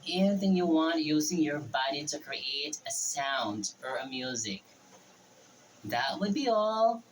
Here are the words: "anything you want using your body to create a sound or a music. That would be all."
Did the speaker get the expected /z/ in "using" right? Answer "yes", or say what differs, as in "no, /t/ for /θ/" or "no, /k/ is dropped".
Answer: yes